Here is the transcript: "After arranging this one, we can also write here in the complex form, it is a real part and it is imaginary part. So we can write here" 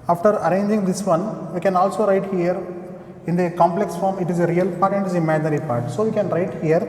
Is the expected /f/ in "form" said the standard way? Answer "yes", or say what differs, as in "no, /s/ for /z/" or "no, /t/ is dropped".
yes